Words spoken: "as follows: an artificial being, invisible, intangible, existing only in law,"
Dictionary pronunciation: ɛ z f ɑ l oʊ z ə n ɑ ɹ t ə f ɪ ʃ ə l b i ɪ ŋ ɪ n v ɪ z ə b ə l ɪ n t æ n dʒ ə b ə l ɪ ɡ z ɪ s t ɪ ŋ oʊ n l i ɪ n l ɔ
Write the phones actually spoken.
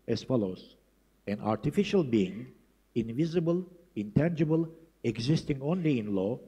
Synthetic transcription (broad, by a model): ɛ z f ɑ l oʊ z ə n ɑ ɹ t ə f ɪ ʃ ə l b i ɪ ŋ ɪ n v ɪ z ə b ə l ɪ n t æ n dʒ ə b ə l ɪ ɡ z ɪ s t ɪ ŋ oʊ n l i ɪ n l ɔ